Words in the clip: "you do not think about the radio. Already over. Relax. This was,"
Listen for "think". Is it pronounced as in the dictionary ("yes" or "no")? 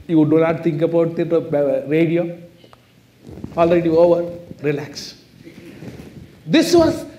no